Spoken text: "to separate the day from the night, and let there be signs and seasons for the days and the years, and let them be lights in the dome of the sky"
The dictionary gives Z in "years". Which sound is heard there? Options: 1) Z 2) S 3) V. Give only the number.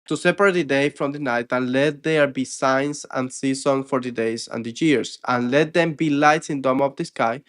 2